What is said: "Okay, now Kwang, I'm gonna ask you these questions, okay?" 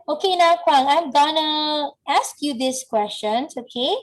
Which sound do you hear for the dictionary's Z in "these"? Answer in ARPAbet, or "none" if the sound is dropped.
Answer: S